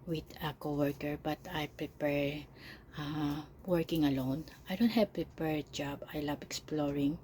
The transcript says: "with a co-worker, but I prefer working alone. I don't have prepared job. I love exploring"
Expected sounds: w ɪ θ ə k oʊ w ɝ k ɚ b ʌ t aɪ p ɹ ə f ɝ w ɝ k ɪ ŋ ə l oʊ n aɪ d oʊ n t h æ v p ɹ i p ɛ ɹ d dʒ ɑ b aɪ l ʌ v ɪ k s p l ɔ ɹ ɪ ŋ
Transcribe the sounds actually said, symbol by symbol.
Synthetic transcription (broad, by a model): w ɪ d ə k oʊ w ɝ k ɚ b ʌ t aɪ p ɹ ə p ɝ w ɝ k ɪ ŋ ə l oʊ n aɪ d oʊ n t h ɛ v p ɹ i p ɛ ɹ dʒ ɑ b aɪ l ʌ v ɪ k s p l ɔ ɹ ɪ ŋ